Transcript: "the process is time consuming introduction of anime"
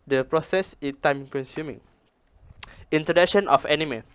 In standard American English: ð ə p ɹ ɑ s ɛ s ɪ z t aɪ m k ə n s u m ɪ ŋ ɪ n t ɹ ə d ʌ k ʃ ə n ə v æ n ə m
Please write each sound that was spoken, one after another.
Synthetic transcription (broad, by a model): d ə p ɹ ɑ s ɛ s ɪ t aɪ m k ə n s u m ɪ ŋ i n t ə d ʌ k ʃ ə n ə f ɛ n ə m